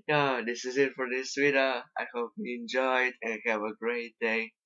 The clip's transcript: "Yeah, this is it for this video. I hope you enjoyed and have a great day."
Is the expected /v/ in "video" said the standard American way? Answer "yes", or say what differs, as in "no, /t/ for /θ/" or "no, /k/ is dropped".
no, /w/ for /v/